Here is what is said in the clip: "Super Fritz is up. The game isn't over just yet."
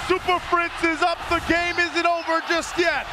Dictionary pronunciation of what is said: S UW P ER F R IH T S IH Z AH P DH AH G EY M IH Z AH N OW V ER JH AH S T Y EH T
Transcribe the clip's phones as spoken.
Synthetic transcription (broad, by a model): S UW P ER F R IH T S IH Z AH P DH AH G EY M IH Z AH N OW V ER JH AH S T Y EH T